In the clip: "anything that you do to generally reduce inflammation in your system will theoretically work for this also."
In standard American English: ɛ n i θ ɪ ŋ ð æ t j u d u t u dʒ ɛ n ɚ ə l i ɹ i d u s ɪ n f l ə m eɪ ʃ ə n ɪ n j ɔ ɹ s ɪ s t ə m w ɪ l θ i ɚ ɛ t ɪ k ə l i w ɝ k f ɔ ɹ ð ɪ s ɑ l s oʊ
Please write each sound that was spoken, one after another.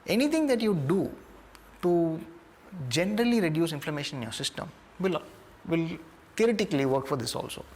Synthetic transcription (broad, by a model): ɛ n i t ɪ ŋ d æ t j u d u t u dʒ ɛ n ɚ ə l i ɹ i d u s ɪ n f l ə m eɪ ʃ ə n ɪ n j ɔ ɹ s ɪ s t ə m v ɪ l t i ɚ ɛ t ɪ k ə l i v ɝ k f ɔ ɹ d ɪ s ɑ l s oʊ